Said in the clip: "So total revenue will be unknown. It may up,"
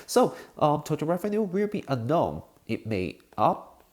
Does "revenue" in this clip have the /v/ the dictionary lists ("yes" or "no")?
no